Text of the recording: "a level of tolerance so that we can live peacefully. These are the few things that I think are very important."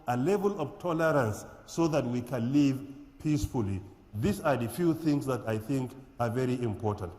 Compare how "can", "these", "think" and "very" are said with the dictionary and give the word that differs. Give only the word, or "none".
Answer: these